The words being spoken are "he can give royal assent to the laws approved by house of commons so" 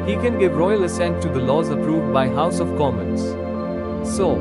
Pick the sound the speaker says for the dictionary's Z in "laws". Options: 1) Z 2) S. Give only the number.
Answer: 1